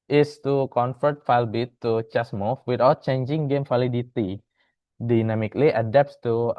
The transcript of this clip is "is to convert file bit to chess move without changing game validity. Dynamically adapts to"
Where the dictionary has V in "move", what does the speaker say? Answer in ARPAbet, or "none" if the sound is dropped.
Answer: F